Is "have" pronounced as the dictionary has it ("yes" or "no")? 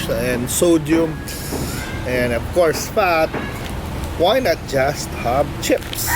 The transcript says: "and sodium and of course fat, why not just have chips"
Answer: no